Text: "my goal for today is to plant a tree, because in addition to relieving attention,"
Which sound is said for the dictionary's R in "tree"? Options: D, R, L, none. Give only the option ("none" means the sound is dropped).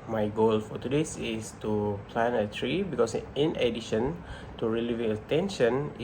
R